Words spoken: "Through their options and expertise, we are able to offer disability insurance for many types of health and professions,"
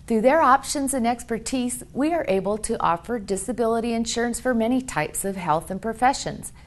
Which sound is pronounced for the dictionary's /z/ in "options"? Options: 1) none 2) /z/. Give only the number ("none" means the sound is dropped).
2